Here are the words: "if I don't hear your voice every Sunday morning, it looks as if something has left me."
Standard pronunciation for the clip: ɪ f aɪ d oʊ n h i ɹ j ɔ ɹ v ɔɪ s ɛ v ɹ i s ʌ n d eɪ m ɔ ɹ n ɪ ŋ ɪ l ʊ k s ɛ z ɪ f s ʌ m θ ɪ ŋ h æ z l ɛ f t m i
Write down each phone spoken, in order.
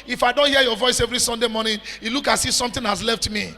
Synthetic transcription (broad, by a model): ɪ f aɪ d oʊ n h i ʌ j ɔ v ɔɪ s ɛ v ɹ i s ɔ n d eɪ m ɔ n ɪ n ɪ l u k ɑ s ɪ s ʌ m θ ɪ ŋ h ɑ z l ɛ f t m i